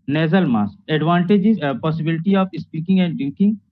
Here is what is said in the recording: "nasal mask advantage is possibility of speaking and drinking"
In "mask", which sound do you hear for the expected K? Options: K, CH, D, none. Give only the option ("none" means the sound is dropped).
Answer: none